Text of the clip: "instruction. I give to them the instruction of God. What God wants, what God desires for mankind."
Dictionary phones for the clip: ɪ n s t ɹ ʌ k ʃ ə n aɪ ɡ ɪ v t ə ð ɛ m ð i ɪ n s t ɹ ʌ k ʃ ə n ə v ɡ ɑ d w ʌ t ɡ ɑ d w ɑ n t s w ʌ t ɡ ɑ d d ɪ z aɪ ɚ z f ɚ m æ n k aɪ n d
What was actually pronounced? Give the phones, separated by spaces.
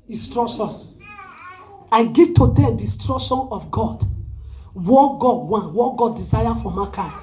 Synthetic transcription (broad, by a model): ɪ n s t ɹ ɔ k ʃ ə n aɪ ɡ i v t ə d ɛ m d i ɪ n s t ɹ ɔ k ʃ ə n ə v ɡ ɑ d w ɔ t ɡ ɑ d w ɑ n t w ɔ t ɡ ɑ d d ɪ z aɪ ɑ f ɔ m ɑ k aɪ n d